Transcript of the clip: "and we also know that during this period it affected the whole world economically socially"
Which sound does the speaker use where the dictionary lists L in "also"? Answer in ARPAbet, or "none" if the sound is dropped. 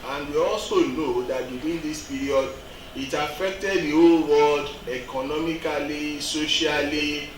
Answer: none